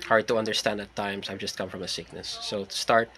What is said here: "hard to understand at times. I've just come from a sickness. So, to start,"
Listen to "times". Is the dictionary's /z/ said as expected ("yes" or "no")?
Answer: no